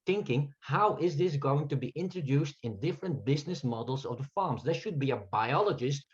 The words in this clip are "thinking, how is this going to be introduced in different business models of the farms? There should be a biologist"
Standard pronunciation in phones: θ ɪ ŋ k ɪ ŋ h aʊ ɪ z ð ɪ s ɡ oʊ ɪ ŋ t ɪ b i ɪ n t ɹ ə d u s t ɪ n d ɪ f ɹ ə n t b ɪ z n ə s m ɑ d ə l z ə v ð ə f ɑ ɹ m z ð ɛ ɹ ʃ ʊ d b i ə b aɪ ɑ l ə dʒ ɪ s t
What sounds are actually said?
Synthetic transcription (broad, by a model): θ ɪ ŋ k ɪ ŋ h aʊ ɪ z ð ɪ s ɡ oʊ ɪ ŋ t ɪ b i ɪ n t ɹ ə d u s t ɪ n d ɪ f ɹ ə n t b ɪ z n ə s m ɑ d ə l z ə v ð ə f ɑ ɹ m z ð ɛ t ʃ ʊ d b i ə b aɪ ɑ l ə dʒ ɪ s t